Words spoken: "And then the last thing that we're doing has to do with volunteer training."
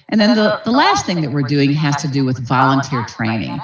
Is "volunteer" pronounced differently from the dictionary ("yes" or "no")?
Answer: no